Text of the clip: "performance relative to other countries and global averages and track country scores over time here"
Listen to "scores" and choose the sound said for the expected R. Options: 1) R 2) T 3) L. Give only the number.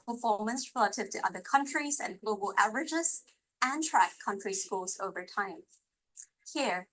3